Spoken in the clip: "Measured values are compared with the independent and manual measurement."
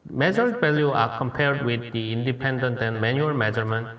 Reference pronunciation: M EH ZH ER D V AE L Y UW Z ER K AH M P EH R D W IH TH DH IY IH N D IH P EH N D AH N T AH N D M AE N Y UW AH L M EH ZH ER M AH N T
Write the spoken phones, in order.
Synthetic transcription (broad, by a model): M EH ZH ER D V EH L Y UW AA K AH M P EH R D W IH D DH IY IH N D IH P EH N D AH N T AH N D M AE N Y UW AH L M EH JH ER M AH N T